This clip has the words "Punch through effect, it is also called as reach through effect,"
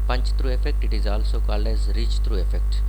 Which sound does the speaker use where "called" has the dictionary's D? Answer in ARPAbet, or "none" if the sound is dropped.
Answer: none